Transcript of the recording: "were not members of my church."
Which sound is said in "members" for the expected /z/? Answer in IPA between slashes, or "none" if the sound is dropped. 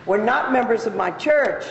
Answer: /z/